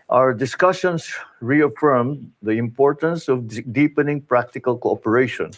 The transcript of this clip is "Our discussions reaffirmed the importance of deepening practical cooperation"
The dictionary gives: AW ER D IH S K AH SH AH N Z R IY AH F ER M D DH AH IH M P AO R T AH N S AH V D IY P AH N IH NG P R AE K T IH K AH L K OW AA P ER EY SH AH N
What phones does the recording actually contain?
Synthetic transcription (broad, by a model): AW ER D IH S K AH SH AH N S R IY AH F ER M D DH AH IH M P AO R T AH N S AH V D IY P AH N IH NG P R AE K T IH K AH L K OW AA P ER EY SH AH N